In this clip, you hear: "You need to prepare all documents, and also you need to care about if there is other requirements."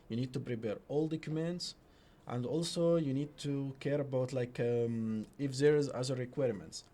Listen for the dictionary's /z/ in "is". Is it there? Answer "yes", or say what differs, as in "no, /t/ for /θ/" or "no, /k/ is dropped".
yes